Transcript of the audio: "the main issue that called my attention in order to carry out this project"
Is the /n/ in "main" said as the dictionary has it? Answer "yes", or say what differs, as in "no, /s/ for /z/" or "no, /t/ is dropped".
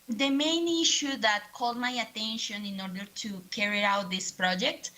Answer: yes